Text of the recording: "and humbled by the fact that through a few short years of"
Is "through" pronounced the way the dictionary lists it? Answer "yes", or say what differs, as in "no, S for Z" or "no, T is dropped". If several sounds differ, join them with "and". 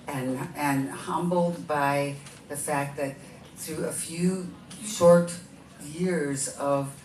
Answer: yes